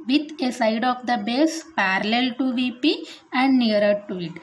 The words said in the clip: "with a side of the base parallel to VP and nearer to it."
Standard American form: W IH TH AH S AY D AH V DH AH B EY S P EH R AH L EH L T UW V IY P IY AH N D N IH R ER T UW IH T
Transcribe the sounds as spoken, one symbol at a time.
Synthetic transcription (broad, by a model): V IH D AH S AY D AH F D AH B EY S P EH R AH L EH L T UW V IY P IY AH N D N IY R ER T UW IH T